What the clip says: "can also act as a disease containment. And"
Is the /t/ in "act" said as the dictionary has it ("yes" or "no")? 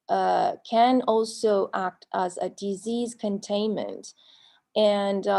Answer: yes